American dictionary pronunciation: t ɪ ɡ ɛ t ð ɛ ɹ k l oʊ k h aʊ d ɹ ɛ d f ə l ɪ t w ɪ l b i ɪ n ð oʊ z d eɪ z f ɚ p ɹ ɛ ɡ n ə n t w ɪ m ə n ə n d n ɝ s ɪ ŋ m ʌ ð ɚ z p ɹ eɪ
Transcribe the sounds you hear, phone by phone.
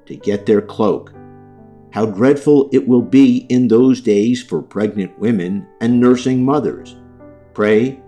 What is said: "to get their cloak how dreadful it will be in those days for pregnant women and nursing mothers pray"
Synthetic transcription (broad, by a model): t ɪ ɡ ɛ t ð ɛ ɹ k l oʊ k h aʊ d ɹ ɛ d f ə l ɪ t w ɪ l b i ɪ n ð oʊ z d eɪ z f ɚ p ɹ ɛ ɡ n ə n t w ɪ m ə n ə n n ɝ s ɪ ŋ m ʌ ð ɚ z p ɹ eɪ